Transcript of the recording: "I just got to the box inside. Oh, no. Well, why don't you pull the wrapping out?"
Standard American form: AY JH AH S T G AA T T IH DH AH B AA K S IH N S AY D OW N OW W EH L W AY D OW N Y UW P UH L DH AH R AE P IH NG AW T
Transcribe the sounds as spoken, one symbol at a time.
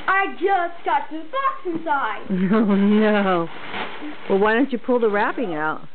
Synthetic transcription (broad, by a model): AY JH AH S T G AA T T IH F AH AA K S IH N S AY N OW N OW W EH L W AY D OW N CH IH P UH L DH AH R AE P IH NG AW T